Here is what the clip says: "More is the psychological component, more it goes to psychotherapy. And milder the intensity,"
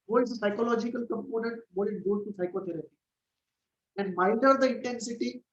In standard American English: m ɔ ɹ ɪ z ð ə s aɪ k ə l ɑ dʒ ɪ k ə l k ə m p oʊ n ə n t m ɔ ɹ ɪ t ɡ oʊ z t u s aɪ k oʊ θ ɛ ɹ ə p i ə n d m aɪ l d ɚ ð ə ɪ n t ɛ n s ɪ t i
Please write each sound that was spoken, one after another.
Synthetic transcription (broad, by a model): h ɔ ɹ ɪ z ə s aɪ k ə l ɑ dʒ ɪ k ə l k ə m p oʊ n ə n t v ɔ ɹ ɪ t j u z t u s aɪ k oʊ t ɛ ɹ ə p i ə n d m aɪ d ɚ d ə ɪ n t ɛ n s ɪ t i